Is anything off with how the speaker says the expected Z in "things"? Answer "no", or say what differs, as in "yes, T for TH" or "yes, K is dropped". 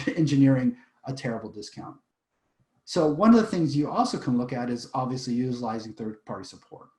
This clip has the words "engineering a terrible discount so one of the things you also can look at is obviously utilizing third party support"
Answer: no